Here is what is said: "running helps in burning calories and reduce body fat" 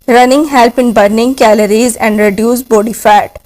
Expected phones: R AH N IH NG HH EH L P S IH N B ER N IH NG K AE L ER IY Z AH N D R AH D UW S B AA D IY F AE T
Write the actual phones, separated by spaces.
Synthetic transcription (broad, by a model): R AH N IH NG HH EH L P IH N B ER N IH NG K AE L ER IY Z AH N D R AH D UW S B AA D IY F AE T